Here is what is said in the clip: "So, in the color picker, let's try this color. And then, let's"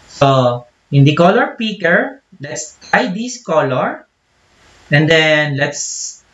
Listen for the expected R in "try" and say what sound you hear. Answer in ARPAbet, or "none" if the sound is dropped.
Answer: none